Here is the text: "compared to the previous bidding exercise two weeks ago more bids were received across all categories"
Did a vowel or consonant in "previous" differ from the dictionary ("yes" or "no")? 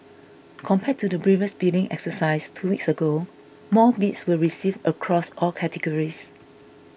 yes